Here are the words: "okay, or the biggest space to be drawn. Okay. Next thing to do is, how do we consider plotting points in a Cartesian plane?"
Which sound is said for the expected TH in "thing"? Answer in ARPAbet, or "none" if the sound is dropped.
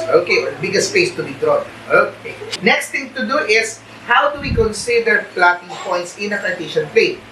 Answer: T